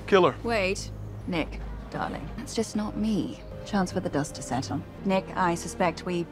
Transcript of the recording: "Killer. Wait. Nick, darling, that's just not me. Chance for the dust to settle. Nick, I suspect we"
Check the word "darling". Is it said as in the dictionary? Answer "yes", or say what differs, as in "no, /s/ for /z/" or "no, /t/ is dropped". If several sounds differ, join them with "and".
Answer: yes